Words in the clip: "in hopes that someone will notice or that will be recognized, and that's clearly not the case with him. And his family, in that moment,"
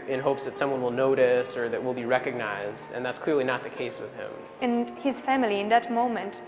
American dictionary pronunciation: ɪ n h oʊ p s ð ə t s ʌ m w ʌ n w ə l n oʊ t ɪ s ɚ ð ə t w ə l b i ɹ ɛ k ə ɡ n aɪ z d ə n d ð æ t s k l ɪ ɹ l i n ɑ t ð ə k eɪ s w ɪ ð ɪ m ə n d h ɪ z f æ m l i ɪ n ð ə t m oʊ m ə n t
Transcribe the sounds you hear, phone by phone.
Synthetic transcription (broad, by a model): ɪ n h oʊ p s ð ə t s ʌ m w ʌ n w ə l n oʊ t ɪ s ɚ ð ə t w ə l b i ɹ ɛ k ə ɡ n aɪ z d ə n ð æ t s k l ɪ ɹ l i n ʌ t ð ə k eɪ s w ɪ ð ɪ m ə n h ɪ z f æ m l i ɪ n ð ə t m oʊ m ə n t